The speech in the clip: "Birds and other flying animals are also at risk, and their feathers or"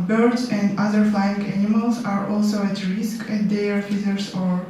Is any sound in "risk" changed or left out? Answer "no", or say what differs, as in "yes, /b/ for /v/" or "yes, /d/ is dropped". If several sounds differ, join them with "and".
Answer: no